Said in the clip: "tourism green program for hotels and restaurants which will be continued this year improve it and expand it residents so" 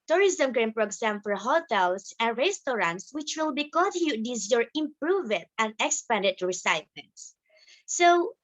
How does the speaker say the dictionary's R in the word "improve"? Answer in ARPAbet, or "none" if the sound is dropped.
R